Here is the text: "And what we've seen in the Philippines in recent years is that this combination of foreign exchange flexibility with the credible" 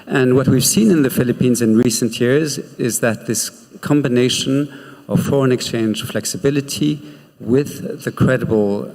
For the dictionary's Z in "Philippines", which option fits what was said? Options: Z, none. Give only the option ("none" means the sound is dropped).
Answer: Z